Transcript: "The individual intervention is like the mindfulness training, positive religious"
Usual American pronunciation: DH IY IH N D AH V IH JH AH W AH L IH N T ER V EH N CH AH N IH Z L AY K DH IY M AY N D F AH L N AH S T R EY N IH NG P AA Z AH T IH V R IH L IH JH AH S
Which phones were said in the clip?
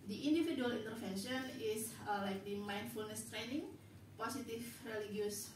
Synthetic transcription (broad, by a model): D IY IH N D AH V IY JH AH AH L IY N T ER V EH N SH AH N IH S L AY K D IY M AY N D F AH L N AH S T R EY N IH NG P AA S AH T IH F R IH L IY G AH S